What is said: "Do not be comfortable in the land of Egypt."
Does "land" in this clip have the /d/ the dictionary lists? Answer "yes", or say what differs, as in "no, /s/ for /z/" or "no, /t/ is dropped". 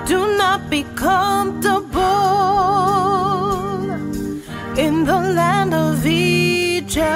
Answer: yes